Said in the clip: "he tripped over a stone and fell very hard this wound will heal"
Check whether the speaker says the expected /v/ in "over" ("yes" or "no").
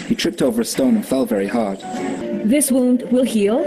yes